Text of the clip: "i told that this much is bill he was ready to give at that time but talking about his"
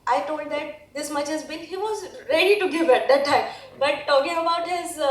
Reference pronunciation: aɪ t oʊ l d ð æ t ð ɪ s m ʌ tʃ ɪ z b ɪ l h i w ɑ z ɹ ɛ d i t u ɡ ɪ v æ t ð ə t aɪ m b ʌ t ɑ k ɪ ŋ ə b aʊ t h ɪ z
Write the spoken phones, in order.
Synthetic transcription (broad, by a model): aɪ t oʊ l d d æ t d ɪ s m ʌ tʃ ɪ z b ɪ n h i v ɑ z ɹ ɛ d i t u ɡ ɪ v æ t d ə t aɪ m b ʌ t ɑ k ɪ ŋ ə b aʊ t h ɪ z